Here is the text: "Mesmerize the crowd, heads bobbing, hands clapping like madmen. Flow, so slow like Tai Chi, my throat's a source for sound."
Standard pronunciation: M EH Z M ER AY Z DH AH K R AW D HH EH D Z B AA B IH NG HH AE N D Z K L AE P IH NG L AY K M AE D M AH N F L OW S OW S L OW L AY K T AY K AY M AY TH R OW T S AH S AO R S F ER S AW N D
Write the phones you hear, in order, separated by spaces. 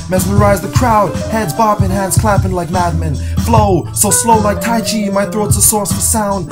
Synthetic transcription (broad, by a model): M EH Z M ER AY Z DH AH K R AW D HH EH D Z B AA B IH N HH AE N D Z K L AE P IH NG L AY K M AE D M AH N F L OW S OW S L OW L AY K T AY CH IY M AY TH R OW T S AH S AO R S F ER S AW N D